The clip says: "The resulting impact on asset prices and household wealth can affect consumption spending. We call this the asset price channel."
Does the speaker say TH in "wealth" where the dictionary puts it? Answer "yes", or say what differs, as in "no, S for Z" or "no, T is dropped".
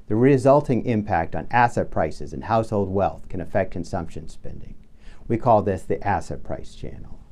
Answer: yes